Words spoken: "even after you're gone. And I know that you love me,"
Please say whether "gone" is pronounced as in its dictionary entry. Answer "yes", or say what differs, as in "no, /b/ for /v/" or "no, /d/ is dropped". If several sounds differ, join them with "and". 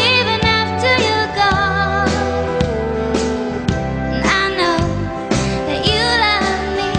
no, /n/ is dropped